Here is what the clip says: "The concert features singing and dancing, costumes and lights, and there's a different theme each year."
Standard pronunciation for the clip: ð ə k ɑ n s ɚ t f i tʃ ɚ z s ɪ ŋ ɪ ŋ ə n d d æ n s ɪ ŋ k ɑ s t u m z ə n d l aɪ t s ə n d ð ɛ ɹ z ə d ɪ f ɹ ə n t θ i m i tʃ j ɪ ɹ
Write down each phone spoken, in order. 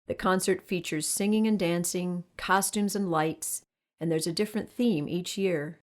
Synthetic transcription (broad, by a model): ð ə k ɑ n s ɚ t f i tʃ ɚ z s ɪ ŋ ɪ ŋ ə n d d æ n s ɪ ŋ k ɑ s t u m z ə n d l aɪ t s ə n ð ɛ ɹ z ə d ɪ f ɹ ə n θ i m i tʃ j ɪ ɹ